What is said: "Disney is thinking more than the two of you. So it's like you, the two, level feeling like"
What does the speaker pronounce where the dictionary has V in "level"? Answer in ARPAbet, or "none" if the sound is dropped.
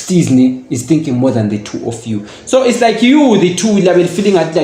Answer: B